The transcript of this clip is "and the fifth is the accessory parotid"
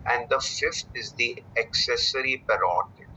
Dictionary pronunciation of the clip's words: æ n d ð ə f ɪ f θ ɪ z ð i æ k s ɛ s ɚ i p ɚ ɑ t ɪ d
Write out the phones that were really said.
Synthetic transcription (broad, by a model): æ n d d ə f ɪ f t ɪ z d i æ k s ɛ s ɚ i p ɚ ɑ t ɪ